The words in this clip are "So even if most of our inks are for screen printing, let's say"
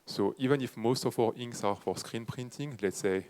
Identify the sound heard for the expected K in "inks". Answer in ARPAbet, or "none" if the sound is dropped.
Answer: none